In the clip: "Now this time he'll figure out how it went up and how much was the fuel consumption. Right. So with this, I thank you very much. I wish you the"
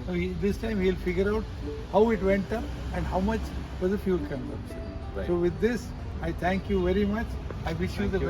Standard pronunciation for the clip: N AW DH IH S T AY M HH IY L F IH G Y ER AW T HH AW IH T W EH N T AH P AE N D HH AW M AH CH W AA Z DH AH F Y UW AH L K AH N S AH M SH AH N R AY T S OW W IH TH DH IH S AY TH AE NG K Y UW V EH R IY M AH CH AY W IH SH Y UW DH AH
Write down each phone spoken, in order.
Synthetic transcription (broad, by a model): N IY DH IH S T AY M HH IY L F IH G Y ER AW T HH AW IH T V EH N T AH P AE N D HH AW M AH CH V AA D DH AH F Y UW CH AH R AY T S OW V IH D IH S AY T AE NG K Y UW V EH R IY M AH CH AY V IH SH Y UW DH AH